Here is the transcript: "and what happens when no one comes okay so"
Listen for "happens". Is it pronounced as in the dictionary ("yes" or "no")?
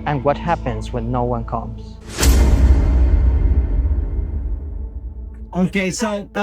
yes